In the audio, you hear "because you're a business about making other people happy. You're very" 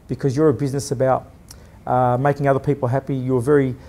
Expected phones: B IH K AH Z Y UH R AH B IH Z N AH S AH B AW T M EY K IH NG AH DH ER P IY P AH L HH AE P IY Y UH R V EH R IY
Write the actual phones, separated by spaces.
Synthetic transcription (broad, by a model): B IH K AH Z Y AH R AH B IH Z N AH S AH B AW T M EY K IH NG AH DH ER P IY P L HH AE P IY Y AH R V EH R IY